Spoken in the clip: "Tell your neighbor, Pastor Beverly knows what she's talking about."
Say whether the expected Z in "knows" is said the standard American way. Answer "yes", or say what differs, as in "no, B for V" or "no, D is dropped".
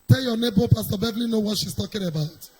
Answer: no, Z is dropped